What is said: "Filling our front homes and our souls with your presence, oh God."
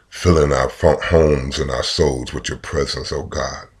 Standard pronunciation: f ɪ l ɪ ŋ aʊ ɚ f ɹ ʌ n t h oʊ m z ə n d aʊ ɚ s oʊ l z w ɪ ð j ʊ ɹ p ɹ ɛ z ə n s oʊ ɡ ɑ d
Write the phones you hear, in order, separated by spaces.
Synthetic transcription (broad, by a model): f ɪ l ɪ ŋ aʊ ɚ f ʌ h oʊ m z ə n aʊ ɚ s oʊ l z w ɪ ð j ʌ ɹ p ɹ ɛ z ə n s oʊ ɡ ɑ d